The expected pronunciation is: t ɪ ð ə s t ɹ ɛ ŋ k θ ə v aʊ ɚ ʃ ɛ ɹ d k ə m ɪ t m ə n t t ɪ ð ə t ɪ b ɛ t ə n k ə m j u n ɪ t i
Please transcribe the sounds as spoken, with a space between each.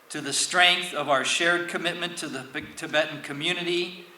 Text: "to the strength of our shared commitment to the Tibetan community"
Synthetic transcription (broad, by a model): t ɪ ð ə s t ɹ ɛ ŋ k θ ə v aʊ ɚ ʃ ɛ ɹ d k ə m ɪ t m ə n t t ɪ ð ə t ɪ b ɛ t n k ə m j u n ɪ t i